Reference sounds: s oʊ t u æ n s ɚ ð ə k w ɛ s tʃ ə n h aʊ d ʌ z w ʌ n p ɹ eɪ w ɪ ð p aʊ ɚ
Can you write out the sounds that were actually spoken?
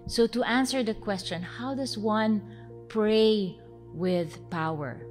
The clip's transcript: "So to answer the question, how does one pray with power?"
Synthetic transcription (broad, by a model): s oʊ t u æ n s ɚ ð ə k w ɛ s tʃ ə n h aʊ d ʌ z w ʌ n p ɹ eɪ w ɪ ð p aʊ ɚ